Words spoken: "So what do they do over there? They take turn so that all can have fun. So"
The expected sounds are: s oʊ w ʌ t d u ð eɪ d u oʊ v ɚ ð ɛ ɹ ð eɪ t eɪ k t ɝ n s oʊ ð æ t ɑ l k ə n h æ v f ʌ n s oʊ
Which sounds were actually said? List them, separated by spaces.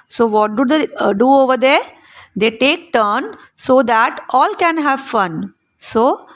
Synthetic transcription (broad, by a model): s oʊ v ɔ t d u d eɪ d u oʊ v ɚ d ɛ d eɪ t eɪ k t ɝ n s oʊ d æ t ɑ l k ə n h æ v f ʌ n s oʊ